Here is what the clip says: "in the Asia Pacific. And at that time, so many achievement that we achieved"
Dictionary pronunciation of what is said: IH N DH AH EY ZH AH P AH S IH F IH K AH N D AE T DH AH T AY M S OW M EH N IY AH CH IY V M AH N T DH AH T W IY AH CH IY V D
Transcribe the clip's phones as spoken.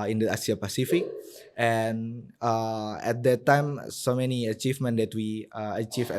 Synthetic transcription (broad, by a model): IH N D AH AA S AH P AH S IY F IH K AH N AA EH T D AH T AY M S OW M EH N IY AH CH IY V M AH N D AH T W IY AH CH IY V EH